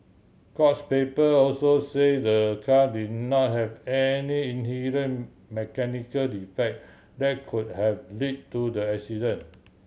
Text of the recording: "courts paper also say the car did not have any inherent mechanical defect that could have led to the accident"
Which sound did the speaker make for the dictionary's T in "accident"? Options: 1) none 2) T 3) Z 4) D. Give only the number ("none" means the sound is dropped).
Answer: 1